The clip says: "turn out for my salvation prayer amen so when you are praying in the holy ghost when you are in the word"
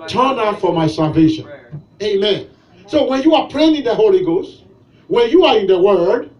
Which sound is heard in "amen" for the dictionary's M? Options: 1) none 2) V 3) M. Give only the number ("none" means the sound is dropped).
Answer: 3